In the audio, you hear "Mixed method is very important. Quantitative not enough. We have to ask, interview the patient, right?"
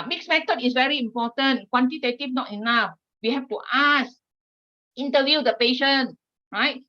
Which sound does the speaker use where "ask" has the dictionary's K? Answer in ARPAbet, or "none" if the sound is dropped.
none